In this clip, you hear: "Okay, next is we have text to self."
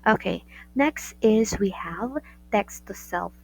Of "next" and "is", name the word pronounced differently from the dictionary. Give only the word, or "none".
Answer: none